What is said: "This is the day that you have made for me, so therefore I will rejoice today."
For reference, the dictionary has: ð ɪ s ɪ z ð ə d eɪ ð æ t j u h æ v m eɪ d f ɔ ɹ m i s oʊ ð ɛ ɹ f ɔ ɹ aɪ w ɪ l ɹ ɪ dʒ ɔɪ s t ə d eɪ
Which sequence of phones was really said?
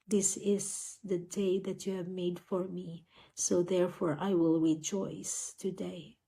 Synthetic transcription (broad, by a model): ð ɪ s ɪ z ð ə d eɪ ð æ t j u h æ v m eɪ d f ɔ ɹ m i s oʊ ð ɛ ɹ f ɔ ɹ aɪ w ɪ l ɹ ɪ dʒ ɔɪ s t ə d eɪ